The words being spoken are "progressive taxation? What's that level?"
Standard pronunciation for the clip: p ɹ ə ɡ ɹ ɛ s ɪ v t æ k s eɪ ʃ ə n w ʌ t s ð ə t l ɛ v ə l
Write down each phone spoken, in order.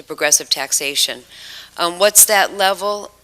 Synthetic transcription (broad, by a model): p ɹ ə ɡ ɹ ɛ s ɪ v t æ k s eɪ ʃ ə n w ʌ t s ð ə t l ɛ v l